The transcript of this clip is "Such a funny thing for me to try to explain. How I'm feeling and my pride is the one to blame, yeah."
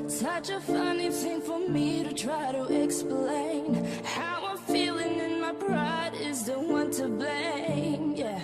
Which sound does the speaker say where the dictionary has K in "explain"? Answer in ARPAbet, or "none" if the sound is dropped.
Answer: K